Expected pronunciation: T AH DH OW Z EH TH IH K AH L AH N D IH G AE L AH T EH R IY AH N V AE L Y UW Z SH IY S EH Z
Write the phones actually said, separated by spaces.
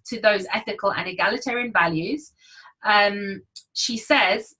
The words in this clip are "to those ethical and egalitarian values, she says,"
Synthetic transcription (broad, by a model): T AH DH OW Z EH TH IH K AH L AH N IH G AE L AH T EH R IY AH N V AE L Y UW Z SH IY S EH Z